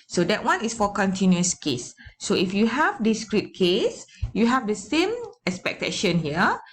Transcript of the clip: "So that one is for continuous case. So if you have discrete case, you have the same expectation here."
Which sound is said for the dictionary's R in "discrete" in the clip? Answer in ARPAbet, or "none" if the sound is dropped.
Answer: R